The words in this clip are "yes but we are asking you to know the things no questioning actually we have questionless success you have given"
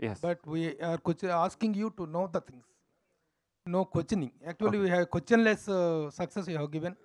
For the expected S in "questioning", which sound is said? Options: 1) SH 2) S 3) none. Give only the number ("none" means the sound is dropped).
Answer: 3